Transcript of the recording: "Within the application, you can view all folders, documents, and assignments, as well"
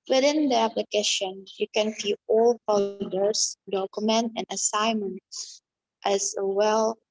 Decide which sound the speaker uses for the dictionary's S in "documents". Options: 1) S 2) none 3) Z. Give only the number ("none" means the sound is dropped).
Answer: 2